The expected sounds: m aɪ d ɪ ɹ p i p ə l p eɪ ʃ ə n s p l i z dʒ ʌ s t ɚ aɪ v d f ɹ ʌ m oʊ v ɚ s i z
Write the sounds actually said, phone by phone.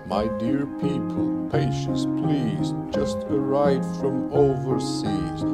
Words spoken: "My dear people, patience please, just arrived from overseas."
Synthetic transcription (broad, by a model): m aɪ d ɪ ɹ p i p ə l p eɪ ʃ ə n s p l i z dʒ ʌ s t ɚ aɪ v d f ɹ ʌ m oʊ v ɚ s i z